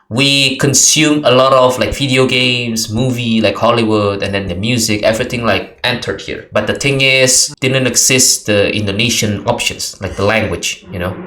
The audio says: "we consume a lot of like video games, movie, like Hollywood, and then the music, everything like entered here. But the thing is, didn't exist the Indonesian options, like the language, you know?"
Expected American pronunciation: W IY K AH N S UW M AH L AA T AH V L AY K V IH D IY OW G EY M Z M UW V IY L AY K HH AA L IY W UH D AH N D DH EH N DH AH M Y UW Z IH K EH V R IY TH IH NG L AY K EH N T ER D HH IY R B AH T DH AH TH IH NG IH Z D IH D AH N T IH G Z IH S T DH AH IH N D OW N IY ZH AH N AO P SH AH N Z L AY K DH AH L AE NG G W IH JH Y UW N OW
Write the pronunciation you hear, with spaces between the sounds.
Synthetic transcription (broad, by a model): W IY K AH N S UW M AH L AA T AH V L AY K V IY D IY OW G EY M S M UW V IY L AY K HH AA L IY W UH D AH N D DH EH N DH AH M Y UW Z IH K EH V R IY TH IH NG L AY K EH N T ER D HH IY R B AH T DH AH T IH NG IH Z D IH D AH N T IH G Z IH S T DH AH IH N D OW N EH SH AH N AO P SH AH N S L AY K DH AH L AE NG G W IH JH Y UW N OW